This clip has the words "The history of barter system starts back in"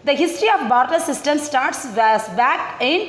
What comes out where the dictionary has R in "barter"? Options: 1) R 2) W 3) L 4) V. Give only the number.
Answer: 1